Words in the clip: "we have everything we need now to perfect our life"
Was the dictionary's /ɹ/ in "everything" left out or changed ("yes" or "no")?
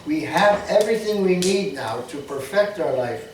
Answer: no